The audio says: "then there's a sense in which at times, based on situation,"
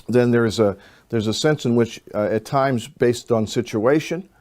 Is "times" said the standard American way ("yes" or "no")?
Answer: yes